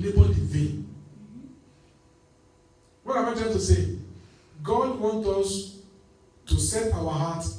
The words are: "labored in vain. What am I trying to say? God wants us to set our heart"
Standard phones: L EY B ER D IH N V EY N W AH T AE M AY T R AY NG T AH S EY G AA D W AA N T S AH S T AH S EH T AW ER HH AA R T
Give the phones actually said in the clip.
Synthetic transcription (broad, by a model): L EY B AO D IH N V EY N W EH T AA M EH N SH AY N T AH S EY G AA D W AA N T AO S T AH S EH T AW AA HH AA T